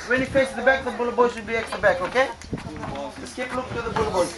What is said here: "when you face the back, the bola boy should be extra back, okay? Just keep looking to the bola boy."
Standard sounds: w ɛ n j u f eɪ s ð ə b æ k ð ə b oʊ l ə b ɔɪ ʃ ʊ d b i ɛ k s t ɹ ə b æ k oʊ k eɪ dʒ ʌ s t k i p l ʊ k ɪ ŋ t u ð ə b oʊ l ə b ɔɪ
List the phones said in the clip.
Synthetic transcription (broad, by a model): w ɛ n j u f eɪ s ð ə b æ k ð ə b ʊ l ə b ɔɪ s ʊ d b i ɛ k s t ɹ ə b æ k oʊ k eɪ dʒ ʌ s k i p l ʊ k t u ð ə b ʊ l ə b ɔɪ